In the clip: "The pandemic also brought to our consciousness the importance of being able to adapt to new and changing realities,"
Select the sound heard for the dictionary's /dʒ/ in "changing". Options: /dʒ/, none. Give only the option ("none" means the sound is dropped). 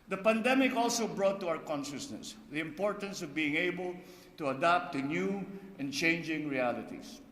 /dʒ/